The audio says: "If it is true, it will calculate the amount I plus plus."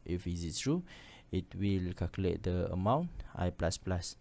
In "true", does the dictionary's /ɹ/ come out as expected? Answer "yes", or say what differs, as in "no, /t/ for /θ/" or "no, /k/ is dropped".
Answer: yes